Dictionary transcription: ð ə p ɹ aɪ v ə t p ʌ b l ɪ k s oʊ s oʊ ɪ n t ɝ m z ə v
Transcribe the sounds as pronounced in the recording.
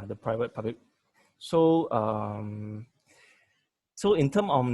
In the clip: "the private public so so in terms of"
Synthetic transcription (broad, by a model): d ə p ɹ aɪ v ə t p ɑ b l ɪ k s oʊ s oʊ ɪ n t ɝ m ə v